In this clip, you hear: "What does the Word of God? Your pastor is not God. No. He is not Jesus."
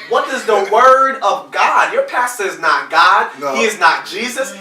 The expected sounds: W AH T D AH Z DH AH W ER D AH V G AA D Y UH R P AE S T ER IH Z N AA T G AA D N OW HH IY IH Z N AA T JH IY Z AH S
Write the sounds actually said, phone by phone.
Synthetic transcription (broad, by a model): W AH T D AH Z DH AH W ER D AH V G AA D Y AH R P AE S T ER IH Z N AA T G AA D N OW HH IY IH Z N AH T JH IY Z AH S